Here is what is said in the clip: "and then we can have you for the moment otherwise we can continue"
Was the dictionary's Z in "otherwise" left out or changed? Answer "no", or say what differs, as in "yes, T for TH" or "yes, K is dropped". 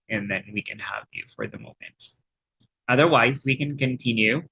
no